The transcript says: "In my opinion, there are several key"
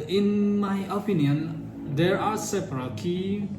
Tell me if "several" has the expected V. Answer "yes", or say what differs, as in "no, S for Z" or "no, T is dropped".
no, P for V